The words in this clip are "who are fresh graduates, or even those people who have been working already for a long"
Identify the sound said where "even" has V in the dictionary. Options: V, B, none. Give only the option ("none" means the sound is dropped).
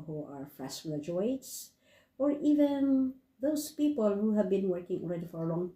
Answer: V